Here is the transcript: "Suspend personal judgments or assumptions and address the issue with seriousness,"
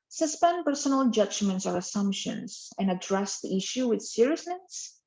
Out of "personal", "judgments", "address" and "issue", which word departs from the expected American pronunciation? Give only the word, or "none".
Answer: none